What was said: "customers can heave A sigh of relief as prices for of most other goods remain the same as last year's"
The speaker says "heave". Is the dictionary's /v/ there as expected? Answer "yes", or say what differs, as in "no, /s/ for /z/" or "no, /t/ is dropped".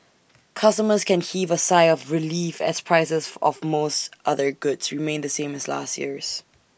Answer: yes